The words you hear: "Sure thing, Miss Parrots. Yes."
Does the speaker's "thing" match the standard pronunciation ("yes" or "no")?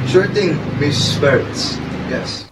no